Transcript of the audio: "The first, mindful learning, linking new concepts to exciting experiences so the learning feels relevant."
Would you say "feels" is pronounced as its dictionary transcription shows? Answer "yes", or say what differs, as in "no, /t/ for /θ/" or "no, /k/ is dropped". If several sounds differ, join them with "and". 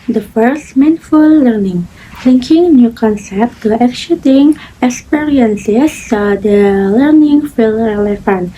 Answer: no, /z/ is dropped